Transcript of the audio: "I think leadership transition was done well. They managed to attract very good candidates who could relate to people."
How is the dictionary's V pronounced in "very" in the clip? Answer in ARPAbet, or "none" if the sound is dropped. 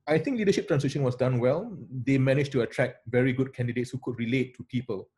V